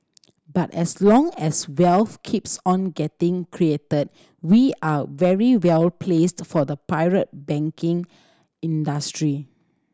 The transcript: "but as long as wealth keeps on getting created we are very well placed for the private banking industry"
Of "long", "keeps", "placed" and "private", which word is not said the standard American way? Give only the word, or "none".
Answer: private